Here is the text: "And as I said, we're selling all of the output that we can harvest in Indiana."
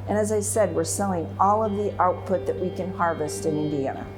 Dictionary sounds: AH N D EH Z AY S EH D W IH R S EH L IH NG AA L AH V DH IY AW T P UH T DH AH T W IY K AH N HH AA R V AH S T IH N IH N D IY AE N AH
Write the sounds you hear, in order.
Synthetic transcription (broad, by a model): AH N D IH Z AY S EH D W IH R S EH L IH NG AA L AH V DH IY AW T P UH T DH AH T W IY K AH N HH AA R V AH S T IH N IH N D IY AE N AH